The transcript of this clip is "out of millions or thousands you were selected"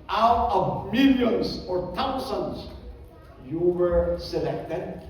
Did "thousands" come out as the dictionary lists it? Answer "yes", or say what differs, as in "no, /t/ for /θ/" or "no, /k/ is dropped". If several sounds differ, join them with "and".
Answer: no, /t/ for /θ/